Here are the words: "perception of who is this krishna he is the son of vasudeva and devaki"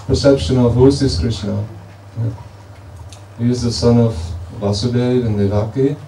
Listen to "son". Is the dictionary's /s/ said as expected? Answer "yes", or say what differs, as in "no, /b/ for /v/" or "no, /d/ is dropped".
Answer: yes